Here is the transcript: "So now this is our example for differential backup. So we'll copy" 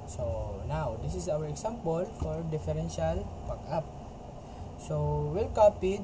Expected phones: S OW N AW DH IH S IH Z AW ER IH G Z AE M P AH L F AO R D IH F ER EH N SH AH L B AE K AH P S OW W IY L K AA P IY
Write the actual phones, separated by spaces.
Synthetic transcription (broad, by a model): S OW N AW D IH S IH S AW ER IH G S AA M P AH L F AO R D IH F ER EH N SH AH L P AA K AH P S OW W IY L K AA P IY